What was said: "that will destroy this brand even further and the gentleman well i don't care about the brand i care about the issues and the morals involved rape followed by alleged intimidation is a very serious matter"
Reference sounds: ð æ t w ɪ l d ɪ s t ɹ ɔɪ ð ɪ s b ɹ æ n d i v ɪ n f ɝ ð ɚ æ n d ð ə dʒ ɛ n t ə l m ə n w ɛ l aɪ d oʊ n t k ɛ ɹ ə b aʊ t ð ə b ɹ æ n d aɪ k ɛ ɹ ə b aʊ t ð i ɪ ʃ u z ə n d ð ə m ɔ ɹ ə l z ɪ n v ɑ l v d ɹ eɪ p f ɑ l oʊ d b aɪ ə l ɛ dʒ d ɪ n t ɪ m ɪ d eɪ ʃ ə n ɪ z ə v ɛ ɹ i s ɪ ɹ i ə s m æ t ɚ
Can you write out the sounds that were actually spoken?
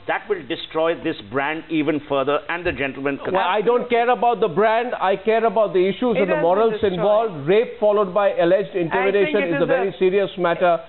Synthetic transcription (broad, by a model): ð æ t w ɪ l d ɪ s t ɹ ɔɪ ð ɪ s b ɹ æ n d i v ɪ n f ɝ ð ɚ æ n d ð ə dʒ ɛ n t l m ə n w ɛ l aɪ d oʊ n t k ɛ ɹ ə b aʊ t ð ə b ɹ æ n d aɪ k ɛ ɹ ə b aʊ t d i ɪ ʃ u z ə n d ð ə m ɔ ɹ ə l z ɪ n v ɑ l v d ɹ eɪ p f ɑ l oʊ d b aɪ ə l ɛ dʒ d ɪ n t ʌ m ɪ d eɪ ʃ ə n ɪ z ə v ɛ ɹ i s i ɹ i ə s m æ t ɚ